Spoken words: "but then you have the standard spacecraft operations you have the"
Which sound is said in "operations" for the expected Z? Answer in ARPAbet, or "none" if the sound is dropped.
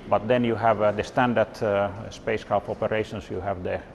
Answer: S